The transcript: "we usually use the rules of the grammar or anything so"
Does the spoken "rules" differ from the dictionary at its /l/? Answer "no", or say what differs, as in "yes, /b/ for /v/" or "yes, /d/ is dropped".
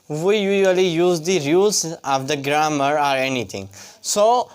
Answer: yes, /l/ is dropped